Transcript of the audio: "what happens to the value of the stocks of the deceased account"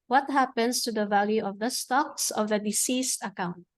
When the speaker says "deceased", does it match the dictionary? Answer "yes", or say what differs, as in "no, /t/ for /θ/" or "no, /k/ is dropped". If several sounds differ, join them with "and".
yes